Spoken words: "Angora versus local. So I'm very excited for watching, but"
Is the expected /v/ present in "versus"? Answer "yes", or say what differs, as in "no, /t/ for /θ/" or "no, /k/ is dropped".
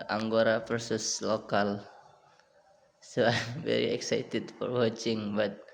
no, /p/ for /v/